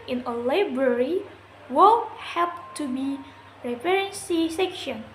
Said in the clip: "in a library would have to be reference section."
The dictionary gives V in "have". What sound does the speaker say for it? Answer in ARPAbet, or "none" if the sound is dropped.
P